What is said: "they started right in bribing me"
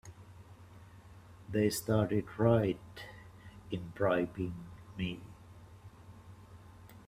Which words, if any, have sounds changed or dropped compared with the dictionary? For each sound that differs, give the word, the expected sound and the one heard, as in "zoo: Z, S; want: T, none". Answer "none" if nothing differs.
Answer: none